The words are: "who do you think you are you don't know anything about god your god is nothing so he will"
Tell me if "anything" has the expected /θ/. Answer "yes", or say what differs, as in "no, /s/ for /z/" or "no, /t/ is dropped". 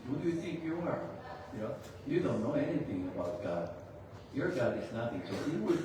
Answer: yes